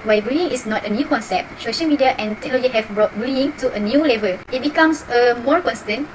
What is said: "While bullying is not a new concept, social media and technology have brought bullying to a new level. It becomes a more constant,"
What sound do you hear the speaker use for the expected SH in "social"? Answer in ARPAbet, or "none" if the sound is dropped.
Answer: SH